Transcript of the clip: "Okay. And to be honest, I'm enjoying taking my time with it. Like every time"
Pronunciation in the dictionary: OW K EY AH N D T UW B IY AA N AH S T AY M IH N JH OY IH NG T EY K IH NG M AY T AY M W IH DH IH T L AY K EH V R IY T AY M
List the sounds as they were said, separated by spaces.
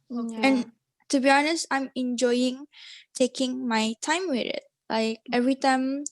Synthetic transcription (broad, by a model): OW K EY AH N T UW B IY AA N AH S T AY M IH N JH OY IH NG T EY K IH NG M AY T AY M W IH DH IH T L AY K EH V R IY T AY M